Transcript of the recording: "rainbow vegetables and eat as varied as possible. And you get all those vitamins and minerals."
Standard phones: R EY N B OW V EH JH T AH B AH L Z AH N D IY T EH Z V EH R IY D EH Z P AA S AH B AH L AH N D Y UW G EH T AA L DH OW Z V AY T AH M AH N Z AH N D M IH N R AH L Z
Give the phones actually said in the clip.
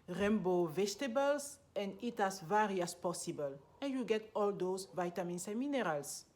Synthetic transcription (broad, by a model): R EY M B OW V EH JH T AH B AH L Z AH N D IY T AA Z V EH R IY AA S P AA S AH B AH L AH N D Y UW G EH T AA L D OW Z V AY T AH M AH N S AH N M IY N R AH L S